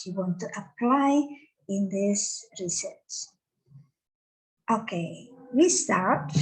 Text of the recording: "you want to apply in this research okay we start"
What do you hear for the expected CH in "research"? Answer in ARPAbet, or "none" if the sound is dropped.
S